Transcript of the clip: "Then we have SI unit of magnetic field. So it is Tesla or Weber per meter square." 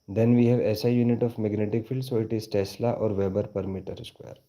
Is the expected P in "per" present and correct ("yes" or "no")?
yes